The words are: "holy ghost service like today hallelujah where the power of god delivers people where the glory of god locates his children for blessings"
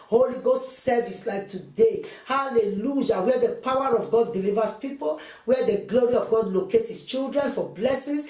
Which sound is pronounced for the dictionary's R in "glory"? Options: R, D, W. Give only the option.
R